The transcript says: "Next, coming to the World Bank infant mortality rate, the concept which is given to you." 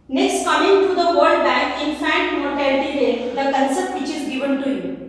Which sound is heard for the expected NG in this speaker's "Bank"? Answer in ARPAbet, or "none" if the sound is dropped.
none